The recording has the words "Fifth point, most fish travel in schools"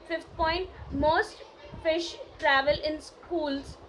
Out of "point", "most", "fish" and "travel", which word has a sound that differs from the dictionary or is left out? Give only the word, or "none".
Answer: none